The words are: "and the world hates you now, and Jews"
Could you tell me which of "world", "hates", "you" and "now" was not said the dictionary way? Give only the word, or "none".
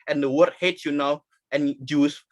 world